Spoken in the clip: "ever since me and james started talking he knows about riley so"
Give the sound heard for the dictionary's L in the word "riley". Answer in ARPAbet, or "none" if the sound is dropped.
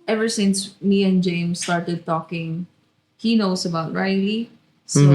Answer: none